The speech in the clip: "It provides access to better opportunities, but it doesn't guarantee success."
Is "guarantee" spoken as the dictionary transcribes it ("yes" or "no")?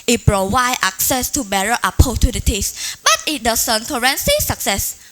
no